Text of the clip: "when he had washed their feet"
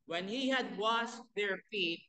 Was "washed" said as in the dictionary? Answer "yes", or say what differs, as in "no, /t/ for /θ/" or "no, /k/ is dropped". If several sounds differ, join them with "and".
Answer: no, /s/ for /ʃ/